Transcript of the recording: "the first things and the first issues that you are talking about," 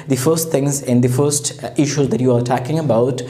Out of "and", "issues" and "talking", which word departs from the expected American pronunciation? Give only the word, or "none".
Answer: none